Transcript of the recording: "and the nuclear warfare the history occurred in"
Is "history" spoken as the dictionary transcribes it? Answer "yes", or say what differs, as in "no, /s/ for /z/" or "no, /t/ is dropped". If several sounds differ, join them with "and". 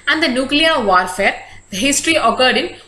yes